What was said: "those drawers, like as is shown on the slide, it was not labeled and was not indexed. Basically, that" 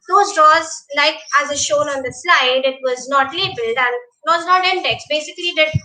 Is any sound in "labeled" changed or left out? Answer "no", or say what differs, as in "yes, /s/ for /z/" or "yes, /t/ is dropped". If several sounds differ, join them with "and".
no